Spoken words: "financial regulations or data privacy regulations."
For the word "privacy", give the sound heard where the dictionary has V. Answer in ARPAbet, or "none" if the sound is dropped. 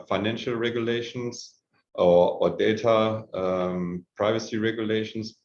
V